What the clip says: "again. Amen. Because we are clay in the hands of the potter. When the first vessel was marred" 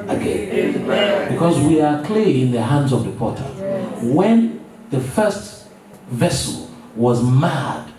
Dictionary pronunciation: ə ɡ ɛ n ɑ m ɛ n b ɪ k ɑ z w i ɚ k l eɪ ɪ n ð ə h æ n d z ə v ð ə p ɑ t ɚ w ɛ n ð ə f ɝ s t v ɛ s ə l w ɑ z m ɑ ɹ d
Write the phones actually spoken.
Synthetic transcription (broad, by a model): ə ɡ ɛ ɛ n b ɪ k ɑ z w i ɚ k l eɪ ɪ n ð ə h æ n d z ə v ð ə p ɑ t ɚ w ɛ n ð ə f ɝ s t v ɛ s ə l w ɑ z m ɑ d